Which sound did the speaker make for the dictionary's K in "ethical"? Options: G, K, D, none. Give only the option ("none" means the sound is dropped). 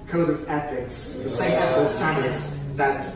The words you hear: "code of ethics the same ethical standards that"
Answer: none